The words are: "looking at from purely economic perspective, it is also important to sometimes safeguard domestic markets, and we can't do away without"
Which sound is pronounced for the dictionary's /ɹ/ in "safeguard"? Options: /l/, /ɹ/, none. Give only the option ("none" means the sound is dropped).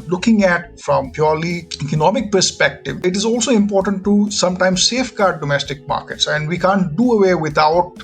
/ɹ/